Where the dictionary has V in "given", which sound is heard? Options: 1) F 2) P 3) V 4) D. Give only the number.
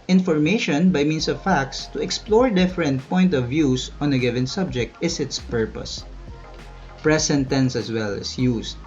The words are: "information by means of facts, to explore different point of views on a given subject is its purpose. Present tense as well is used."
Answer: 3